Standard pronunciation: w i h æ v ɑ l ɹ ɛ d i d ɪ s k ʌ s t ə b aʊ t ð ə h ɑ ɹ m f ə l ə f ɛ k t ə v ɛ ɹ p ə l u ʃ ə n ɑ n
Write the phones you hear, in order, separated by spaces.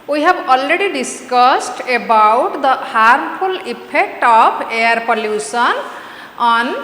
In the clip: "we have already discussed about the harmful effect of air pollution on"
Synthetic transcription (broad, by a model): w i h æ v ɑ l ɹ ɛ d i d ɪ s k ʌ s t ə b aʊ t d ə h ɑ ɹ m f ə l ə p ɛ k t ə p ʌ ɹ p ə l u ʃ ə n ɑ n